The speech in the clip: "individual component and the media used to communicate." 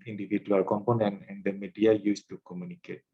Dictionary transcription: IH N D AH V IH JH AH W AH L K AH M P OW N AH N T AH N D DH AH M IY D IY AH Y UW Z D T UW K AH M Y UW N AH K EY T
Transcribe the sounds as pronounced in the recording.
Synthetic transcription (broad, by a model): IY N D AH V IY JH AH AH L K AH M P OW N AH N AH N D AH M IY D IY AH Y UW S T UW K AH M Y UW N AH K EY T